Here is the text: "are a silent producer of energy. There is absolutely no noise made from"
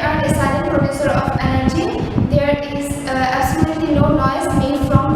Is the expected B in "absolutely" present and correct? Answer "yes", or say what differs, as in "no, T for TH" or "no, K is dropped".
no, B is dropped